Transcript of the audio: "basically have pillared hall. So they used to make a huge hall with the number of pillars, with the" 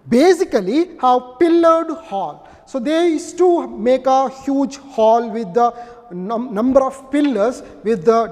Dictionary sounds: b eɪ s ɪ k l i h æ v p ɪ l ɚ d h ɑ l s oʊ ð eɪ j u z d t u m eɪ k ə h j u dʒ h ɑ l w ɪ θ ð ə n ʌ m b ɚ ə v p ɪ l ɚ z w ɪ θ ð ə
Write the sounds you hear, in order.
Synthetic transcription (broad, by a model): b eɪ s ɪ k l i h æ v p ɪ l ɚ d h ɑ l s oʊ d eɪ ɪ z t u m eɪ k ə h j u dʒ h ɑ l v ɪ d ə n ʌ m b ɚ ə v p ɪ l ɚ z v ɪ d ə